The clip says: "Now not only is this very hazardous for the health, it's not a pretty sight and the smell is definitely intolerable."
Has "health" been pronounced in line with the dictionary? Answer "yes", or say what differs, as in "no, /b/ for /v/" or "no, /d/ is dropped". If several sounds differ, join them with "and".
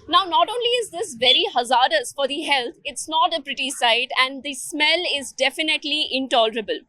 no, /t/ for /θ/